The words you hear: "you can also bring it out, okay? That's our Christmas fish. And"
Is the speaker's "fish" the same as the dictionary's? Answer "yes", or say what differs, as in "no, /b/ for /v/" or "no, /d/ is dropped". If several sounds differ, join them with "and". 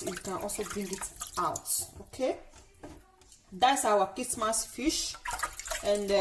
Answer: yes